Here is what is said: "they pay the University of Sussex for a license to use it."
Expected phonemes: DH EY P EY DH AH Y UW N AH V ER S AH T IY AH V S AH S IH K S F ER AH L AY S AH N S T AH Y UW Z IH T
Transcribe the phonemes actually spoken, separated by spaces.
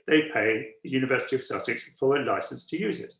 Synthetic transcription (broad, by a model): DH EY P EY DH AH Y UW N AH V ER S AH T IY AH V S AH S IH K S F ER AH L AY S AH N S T AH Y UW Z IH T